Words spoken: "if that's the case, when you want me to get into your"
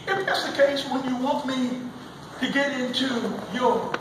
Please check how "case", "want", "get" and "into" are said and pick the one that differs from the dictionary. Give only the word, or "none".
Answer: want